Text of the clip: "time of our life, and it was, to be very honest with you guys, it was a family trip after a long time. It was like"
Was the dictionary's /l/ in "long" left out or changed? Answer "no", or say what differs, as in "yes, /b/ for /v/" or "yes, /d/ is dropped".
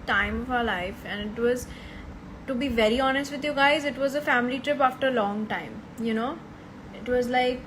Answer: no